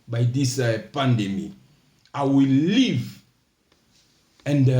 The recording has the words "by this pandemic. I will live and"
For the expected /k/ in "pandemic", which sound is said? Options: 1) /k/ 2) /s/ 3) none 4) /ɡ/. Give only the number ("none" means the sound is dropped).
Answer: 3